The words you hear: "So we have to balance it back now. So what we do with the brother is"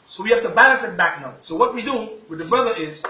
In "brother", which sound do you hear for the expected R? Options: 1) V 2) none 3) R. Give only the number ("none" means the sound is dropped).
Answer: 3